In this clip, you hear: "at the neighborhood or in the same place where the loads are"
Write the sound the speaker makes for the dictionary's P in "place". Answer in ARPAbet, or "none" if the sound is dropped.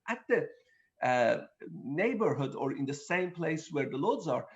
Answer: P